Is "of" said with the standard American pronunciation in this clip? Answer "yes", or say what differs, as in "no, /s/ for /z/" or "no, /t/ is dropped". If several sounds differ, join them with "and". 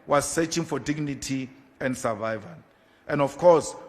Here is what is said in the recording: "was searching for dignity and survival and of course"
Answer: no, /f/ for /v/